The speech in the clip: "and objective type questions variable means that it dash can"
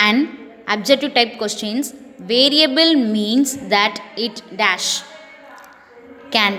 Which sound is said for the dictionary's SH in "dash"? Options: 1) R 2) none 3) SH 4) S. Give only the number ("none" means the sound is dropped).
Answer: 3